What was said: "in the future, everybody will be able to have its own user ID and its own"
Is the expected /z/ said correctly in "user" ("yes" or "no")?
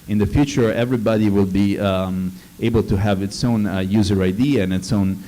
yes